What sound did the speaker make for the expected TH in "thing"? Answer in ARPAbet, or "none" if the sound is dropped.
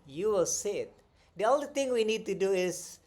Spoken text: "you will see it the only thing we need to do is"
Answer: T